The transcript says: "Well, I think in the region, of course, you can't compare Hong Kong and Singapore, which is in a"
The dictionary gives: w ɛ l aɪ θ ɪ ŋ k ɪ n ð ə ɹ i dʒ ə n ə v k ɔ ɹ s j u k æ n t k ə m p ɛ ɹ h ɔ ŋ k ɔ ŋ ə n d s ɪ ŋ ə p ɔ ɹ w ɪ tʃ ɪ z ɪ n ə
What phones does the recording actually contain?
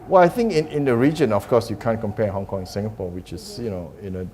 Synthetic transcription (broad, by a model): w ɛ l aɪ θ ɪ ŋ k ɪ n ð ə ɹ i dʒ ə n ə f k ɔ s j u k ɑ n k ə m p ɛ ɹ h ɔ ŋ k ɔ ŋ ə n s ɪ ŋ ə p ɔ w ɪ tʃ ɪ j ɪ n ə